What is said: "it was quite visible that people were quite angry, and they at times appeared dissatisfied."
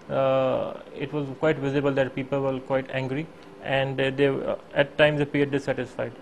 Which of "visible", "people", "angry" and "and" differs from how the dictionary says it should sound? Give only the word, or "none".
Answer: none